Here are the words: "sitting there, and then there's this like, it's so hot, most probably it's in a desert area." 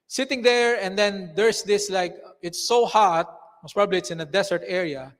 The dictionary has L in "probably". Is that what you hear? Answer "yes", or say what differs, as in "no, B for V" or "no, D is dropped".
yes